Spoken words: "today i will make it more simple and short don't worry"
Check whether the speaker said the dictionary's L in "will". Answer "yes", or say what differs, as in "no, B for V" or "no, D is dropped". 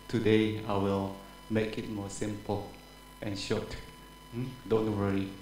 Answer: yes